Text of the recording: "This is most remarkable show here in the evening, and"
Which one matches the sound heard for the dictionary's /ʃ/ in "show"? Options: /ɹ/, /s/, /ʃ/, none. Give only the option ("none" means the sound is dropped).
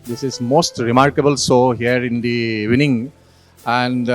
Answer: /s/